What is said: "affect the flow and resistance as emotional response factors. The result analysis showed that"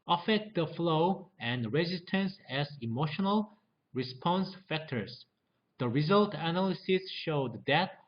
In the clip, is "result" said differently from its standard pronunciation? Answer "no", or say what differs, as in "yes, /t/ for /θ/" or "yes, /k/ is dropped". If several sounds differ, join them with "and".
no